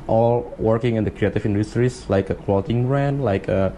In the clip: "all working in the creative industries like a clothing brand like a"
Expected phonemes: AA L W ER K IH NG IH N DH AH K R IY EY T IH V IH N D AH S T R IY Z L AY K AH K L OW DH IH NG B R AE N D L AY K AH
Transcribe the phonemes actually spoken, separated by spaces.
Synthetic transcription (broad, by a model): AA L W ER K IH NG IH N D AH K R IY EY T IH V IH N D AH S T R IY S L AY K AH K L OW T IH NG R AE N L AY K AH